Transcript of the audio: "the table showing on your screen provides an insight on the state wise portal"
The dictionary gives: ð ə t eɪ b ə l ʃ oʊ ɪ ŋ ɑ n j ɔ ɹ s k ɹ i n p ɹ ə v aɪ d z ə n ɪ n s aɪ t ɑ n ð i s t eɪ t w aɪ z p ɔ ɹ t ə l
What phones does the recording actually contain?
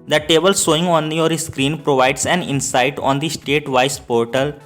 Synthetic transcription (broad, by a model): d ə t eɪ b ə l s oʊ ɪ ŋ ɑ n j ɔ ɹ s k ɹ i n p ɹ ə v aɪ d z ə n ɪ n s aɪ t ɑ n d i s t eɪ t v aɪ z p ɔ ɹ t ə l